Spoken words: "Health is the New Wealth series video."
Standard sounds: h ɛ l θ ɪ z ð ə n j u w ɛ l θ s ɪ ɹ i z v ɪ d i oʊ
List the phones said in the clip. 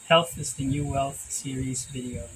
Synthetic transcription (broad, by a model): h ɛ l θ ɪ z ð ə n j u w ɛ l θ s ɪ ɹ i z v ɪ d i oʊ